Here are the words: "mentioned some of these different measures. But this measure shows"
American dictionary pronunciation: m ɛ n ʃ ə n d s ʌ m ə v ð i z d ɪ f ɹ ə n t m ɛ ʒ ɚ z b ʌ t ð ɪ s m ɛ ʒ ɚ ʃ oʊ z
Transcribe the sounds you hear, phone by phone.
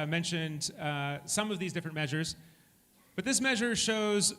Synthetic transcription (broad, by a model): m ɛ n ʃ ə n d s ʌ m ə v ð i z d ɪ f ɹ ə n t m ɛ ʒ ɚ z b ʌ t ð ɪ s m ɛ ʒ ɚ ʃ oʊ z